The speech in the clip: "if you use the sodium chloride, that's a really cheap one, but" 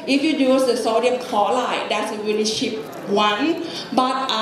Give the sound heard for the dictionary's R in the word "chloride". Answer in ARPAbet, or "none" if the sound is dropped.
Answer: L